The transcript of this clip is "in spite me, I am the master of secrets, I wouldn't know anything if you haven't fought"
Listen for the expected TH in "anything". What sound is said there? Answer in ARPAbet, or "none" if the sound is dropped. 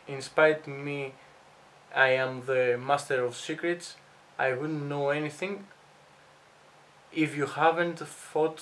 TH